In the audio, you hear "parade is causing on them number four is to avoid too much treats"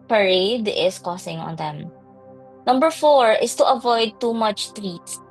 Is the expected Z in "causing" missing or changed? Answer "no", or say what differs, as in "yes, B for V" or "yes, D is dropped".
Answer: yes, S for Z